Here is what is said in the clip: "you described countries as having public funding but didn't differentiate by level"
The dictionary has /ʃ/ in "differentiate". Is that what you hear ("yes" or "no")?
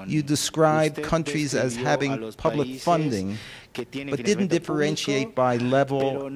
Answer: yes